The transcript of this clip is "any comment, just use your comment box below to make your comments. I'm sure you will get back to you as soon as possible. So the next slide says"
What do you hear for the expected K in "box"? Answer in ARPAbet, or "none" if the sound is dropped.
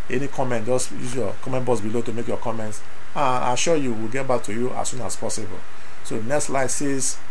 none